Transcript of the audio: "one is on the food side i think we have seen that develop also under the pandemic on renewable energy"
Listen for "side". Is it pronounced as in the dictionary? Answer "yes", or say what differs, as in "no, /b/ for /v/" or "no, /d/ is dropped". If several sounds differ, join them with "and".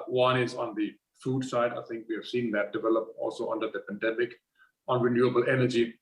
yes